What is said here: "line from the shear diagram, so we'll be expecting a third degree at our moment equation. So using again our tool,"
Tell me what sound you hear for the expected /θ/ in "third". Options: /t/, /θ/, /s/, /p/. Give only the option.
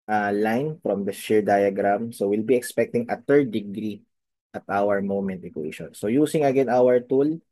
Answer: /t/